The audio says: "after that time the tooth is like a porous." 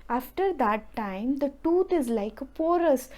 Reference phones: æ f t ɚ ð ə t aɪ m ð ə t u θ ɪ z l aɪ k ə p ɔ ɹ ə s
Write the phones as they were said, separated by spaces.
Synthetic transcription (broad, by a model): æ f t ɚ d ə t aɪ m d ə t u t ɪ z l aɪ k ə p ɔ ɹ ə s